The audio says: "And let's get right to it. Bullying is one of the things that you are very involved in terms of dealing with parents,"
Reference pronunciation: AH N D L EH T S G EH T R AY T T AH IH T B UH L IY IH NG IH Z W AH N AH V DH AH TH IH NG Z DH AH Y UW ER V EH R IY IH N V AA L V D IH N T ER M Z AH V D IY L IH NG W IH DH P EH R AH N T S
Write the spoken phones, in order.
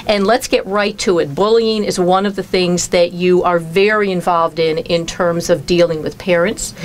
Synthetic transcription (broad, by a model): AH N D L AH T S G EH T R AY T T AH IH T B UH L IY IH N IH Z W AH N AH V DH AH TH IH NG Z DH AH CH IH ER V EH R IY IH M V AA L V D IH N T ER M Z AH V D IY L IH NG W IH DH P EH R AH N T S